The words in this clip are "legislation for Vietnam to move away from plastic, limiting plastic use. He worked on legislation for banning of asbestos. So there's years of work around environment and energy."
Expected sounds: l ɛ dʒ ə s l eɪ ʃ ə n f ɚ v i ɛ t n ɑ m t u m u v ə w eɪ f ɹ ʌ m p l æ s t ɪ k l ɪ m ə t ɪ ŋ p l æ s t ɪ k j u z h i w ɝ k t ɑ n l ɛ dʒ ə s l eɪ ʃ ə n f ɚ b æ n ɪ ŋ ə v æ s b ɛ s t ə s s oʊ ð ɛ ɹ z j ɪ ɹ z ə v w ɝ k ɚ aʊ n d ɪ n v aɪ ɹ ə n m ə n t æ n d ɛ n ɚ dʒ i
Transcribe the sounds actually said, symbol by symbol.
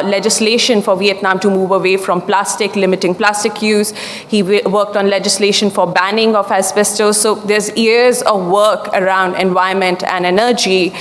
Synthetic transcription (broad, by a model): l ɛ dʒ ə s l eɪ ʃ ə n f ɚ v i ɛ t n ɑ m t u m u v ə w eɪ f ɹ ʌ m p l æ s t ɪ k l ɪ m ə t ɪ ŋ p l æ s t ɪ k j u z h i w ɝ k t ɑ n l ɛ dʒ ə s l eɪ ʃ ə n f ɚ b æ n ɪ ŋ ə f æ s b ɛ s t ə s s oʊ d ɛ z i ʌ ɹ z ə v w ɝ k ɚ aʊ n d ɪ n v aɪ ə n m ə n t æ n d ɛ n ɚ dʒ i